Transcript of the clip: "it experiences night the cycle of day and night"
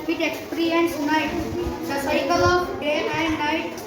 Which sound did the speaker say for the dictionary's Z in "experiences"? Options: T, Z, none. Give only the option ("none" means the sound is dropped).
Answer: none